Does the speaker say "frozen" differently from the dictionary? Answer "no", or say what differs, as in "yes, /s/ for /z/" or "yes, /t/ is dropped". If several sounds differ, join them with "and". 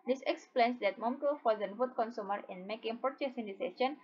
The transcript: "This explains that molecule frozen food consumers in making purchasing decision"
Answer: yes, /ɹ/ is dropped